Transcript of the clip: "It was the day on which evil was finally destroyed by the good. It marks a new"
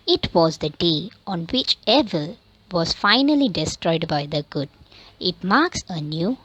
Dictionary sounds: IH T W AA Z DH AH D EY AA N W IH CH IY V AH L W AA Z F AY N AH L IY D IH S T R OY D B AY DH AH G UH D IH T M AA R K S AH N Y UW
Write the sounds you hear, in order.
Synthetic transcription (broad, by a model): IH T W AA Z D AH D EY AA N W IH CH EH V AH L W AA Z F AY N AH L IY D IH S T R OY D B AY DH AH G UH D IH T M AA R K S AH N Y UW